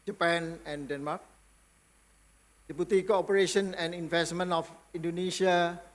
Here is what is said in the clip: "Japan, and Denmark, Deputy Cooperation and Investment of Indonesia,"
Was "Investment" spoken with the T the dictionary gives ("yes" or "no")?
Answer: no